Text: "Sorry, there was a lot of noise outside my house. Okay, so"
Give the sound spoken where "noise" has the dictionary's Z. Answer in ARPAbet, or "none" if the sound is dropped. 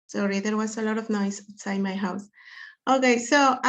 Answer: none